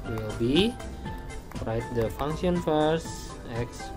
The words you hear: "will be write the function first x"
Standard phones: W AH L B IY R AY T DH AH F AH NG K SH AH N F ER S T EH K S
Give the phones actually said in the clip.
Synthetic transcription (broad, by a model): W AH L B IY R AY T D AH F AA NG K S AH N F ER S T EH K S